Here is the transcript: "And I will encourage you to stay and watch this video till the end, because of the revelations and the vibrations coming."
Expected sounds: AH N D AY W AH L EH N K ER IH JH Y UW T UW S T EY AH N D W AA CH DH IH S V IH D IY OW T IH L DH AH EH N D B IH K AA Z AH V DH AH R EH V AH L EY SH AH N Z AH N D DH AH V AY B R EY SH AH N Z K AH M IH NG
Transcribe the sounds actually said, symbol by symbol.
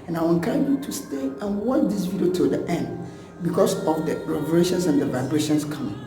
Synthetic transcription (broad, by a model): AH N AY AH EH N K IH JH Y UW T UW S T EY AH N W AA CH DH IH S V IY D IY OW T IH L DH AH EH N D B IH K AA S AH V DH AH R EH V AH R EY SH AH N S AH N D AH V AY B R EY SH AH N S K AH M